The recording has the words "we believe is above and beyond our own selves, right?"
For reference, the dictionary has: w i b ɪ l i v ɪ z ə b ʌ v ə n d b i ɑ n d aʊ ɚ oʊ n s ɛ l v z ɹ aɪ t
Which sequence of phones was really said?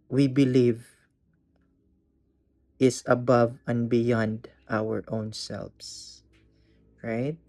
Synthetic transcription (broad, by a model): w i b ɪ l i v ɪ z ə b ʌ v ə n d b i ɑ n d aʊ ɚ oʊ n s ɛ l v s ɹ aɪ t